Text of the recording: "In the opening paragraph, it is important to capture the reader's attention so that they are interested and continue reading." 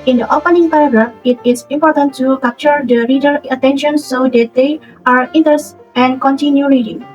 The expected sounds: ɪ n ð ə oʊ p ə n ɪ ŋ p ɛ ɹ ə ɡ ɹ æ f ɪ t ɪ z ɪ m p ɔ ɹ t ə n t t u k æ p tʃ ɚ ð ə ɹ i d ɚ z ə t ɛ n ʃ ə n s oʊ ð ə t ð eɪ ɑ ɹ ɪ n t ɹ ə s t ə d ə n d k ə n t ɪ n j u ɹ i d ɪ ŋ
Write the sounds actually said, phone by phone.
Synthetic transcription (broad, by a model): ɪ n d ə oʊ p ə n ɪ ŋ p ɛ ɹ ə ɡ ɹ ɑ f ɪ t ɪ s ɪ m p ɔ ɹ t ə n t t u k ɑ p tʃ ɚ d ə ɹ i d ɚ ə t ɛ n ʃ ə n s oʊ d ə t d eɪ ɑ ɹ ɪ n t ə t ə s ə n k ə n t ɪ n j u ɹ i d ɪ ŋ